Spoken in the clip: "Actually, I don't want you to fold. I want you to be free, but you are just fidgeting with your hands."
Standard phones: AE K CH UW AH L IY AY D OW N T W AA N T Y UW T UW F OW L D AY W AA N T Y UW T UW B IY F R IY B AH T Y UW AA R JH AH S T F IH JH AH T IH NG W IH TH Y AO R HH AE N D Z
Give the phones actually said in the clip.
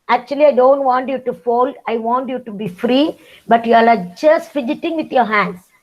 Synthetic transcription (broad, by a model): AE K CH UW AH L IY AY D OW N T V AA N T Y UW T UW F OW L D AY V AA N T Y UW T UW B IY F R IY B AH T Y UW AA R JH AH S T F IH JH AH T IH NG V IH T Y AO R HH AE N D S